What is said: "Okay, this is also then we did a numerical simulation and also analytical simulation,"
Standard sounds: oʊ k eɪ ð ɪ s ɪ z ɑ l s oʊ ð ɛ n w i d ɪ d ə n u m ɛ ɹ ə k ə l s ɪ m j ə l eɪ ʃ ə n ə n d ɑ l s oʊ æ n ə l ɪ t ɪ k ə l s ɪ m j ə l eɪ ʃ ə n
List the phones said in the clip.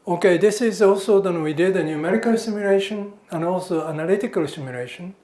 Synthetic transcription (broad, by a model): oʊ k eɪ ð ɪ s ɪ z ɑ l s oʊ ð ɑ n w i d ɪ d ə n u m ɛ ɹ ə k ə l s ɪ m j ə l eɪ ʃ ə n ə n d ɑ l s oʊ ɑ n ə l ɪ t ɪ k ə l s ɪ m j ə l eɪ ʃ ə n